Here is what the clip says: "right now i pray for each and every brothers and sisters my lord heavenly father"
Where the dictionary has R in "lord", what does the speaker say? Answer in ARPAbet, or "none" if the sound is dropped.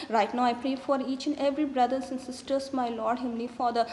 R